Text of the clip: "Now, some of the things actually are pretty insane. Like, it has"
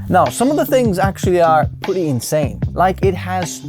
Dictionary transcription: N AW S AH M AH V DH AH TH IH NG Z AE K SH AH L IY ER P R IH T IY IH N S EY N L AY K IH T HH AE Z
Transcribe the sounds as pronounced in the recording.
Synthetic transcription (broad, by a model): N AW S AH M AH V DH AH TH IH NG Z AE K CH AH L IY ER P R IH T IY IH N S EY N L AY K IH T HH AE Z